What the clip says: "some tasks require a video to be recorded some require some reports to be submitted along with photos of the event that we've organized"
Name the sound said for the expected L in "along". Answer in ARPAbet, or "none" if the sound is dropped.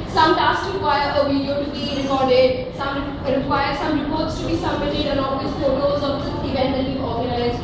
N